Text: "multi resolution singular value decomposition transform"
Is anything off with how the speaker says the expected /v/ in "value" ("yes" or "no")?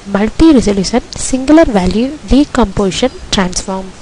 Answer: no